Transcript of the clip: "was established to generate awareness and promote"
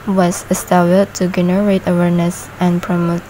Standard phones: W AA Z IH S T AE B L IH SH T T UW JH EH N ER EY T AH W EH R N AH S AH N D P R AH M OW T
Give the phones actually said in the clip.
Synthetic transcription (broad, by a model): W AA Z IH S T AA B IH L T T UW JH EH N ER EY T AH W EH R N AH S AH N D P R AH M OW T